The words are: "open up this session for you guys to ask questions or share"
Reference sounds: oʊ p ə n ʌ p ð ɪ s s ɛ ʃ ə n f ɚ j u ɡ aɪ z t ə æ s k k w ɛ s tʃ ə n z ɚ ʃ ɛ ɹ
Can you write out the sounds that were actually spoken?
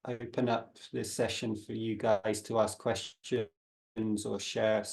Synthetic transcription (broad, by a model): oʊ p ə n ʌ p ð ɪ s s ɛ ʃ ə n f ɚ j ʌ ɡ aɪ z t ə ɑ s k k w ɛ s tʃ ə n z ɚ ʃ ɛ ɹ